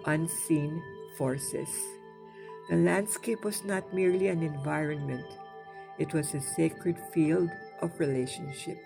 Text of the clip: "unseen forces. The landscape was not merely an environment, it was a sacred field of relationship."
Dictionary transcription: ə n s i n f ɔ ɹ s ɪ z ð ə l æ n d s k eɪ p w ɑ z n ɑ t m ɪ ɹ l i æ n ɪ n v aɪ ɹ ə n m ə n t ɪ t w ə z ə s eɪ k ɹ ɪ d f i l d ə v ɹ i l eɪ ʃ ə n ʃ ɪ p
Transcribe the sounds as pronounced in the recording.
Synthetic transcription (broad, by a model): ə n s i n f ɔ ɹ s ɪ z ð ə l æ n d s k eɪ p w ɑ z n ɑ t m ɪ ɹ l i æ n ɪ n v aɪ ɹ ə n m ə n t ɪ t w ə z ə s eɪ k ɹ ɪ d f i l d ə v ɹ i l eɪ ʃ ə n ʃ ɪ p